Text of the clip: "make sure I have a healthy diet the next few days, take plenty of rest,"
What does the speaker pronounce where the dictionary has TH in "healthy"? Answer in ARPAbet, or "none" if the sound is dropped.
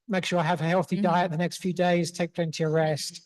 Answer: TH